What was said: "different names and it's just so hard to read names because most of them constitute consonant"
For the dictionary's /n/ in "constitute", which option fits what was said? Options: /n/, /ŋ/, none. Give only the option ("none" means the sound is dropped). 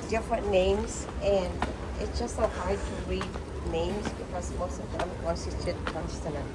none